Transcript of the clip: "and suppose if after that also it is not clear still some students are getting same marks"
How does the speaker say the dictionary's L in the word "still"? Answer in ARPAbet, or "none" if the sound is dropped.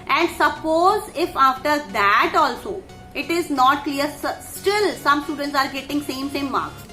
L